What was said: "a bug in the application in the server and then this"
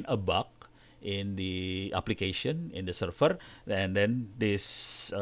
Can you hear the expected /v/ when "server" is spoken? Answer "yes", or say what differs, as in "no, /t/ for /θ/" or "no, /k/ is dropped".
no, /f/ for /v/